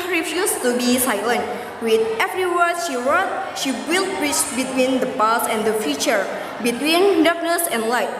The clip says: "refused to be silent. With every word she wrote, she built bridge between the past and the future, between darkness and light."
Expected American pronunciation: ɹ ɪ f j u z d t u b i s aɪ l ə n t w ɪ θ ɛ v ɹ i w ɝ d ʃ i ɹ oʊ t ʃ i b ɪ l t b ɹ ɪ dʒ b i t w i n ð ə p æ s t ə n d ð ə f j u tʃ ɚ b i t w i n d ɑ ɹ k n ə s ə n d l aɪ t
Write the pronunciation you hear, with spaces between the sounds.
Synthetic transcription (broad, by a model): ɹ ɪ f j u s t u b i s aɪ l ə n t w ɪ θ ɛ v ɹ i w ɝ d ʃ i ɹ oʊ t ʃ i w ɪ l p ɹ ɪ tʃ b i t w i n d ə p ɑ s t ə n d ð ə f j u tʃ ɚ b i t w i n d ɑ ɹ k n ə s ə n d l aɪ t